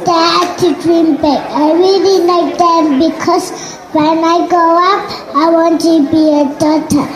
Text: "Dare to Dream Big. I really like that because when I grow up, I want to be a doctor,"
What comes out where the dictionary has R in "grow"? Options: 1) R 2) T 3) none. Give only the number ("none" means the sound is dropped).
3